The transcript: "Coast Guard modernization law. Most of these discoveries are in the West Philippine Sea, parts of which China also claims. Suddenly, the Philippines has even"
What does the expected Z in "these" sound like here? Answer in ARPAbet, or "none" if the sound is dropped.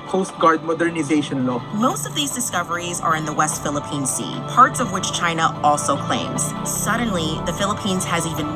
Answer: Z